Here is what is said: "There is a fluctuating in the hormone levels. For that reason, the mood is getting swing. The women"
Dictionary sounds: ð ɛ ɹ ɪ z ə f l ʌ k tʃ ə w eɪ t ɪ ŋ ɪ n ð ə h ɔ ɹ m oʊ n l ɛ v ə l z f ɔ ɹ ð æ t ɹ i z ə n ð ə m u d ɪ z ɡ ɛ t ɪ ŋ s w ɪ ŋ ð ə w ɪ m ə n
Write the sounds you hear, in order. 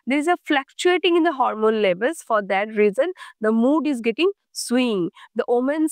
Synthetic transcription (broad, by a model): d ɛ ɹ ɪ z ə f l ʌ k tʃ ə eɪ t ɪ ŋ ɪ n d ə h ɔ ɹ m oʊ n l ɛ b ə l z f ɔ ɹ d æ t ɹ i z ə n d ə m u d ɪ z ɡ ɛ t ɪ ŋ s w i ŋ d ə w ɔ m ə n